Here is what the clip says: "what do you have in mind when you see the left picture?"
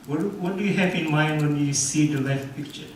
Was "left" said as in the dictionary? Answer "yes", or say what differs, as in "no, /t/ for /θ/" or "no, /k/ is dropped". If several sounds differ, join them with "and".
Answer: no, /f/ is dropped